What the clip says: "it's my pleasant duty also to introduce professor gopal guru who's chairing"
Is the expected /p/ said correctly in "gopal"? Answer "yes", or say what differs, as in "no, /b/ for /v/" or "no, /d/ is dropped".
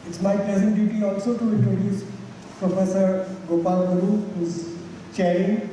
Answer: yes